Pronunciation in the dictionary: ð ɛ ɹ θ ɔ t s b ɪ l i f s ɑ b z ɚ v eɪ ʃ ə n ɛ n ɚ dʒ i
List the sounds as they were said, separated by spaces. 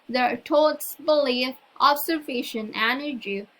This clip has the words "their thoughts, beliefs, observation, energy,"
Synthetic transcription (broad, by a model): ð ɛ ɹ t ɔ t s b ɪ l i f ɑ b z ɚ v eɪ ʃ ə n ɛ n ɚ dʒ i